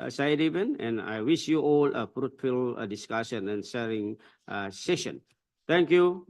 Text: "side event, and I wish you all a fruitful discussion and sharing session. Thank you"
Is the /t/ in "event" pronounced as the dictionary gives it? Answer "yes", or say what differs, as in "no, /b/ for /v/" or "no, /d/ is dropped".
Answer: no, /t/ is dropped